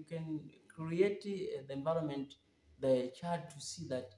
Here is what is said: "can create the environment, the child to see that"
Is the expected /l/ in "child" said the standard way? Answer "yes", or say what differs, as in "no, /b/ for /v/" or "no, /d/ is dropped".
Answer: no, /l/ is dropped